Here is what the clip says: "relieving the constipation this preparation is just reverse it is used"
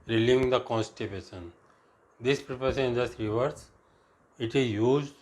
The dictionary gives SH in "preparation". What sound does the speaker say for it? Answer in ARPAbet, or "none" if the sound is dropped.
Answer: S